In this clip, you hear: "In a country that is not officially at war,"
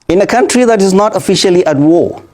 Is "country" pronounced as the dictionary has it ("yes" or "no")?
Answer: yes